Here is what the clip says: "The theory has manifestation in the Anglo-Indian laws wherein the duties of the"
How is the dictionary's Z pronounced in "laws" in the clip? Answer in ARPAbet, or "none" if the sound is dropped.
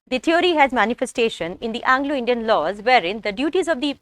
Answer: Z